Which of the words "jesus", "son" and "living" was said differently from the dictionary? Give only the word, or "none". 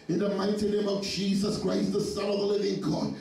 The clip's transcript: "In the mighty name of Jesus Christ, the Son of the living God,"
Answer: none